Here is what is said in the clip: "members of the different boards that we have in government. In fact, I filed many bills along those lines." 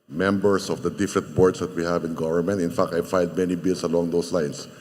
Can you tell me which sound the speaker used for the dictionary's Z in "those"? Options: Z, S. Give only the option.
S